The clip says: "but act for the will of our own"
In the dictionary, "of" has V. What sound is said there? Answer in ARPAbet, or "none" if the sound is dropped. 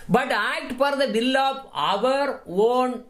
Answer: V